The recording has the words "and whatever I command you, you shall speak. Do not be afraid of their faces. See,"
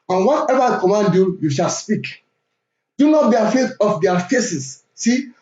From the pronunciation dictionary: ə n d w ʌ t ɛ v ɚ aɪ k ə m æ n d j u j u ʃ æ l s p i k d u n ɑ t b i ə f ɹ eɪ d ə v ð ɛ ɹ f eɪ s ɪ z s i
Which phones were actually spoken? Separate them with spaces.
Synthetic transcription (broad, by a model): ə n w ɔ t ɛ v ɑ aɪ k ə m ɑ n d j u j u ʃ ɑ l s p i k d u n ɑ t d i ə f eɪ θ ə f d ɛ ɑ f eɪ s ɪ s s i